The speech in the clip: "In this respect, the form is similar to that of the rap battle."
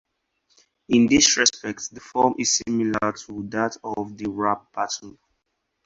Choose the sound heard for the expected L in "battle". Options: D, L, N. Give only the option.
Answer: N